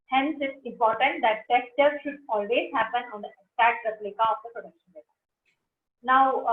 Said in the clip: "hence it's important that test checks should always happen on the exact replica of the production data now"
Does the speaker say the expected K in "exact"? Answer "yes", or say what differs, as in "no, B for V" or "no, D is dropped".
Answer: no, K is dropped